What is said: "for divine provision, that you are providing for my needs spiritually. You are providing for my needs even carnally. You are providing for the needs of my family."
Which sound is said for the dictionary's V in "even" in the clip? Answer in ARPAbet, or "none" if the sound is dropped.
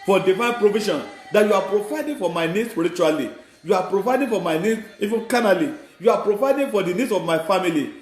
F